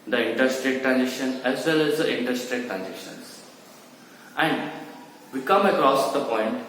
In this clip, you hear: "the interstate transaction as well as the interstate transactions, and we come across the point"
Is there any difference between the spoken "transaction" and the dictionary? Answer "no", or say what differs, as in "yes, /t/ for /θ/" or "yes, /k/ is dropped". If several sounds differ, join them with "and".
yes, /k/ is dropped